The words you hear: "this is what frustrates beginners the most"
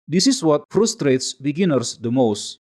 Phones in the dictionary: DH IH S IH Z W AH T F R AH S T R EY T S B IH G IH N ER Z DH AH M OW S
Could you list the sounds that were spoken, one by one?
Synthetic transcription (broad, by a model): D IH S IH S W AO T F R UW S T R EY T S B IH G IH N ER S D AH M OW S